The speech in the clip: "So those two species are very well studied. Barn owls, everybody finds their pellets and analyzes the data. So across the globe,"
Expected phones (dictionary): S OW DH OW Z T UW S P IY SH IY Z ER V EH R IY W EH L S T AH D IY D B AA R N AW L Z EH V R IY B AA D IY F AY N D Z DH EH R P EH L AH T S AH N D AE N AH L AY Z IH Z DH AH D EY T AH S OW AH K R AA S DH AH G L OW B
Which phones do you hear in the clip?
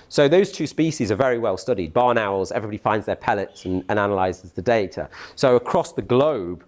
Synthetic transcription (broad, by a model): S OW DH OW Z T UW S P IY SH IY Z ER V EH R IY W EH L S T AH D IY D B AA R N AW L Z EH V R IY B AA D IY F AY N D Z DH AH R P EH L AH T S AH N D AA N AH L AY Z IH Z DH AH D EY T AH S OW AH K R AA S DH AH G L OW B